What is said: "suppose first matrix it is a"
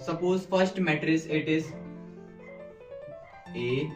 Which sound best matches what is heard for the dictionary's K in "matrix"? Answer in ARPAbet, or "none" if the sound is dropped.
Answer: none